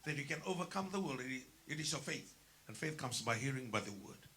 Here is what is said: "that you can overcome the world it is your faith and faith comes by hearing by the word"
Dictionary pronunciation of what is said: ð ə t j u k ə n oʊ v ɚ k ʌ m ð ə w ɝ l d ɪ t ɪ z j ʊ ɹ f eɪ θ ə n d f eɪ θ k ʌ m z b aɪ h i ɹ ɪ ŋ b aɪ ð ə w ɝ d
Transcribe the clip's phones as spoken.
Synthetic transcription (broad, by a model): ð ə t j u k ə n oʊ v ɚ k ʌ m ð ə w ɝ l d ɪ t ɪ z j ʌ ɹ f eɪ θ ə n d f eɪ θ k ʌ m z b aɪ h i ɹ ɪ ŋ b aɪ ð ə w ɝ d